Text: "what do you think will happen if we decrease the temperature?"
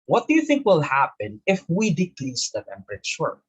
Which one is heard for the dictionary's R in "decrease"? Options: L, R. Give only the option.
L